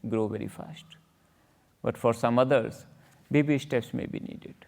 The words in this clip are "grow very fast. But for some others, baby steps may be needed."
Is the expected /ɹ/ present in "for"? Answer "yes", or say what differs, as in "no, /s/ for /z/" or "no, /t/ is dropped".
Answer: yes